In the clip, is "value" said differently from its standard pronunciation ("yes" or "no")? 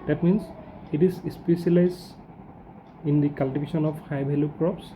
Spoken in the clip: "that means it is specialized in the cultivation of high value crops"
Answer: yes